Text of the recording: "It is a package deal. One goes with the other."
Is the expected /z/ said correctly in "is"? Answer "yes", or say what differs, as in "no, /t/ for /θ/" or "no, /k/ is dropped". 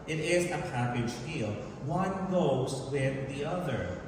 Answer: yes